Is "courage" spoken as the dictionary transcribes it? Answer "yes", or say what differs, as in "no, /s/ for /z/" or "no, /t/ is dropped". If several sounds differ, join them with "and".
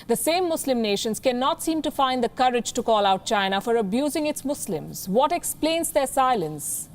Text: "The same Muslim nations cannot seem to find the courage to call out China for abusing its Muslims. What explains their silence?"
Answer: yes